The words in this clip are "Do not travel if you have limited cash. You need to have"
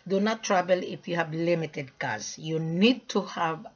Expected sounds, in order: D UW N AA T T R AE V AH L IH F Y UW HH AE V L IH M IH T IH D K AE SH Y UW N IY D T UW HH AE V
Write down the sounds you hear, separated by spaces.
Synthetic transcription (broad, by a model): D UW N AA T T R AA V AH L IH F Y UW HH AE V L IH M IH T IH D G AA S Y UW N IY D T UW HH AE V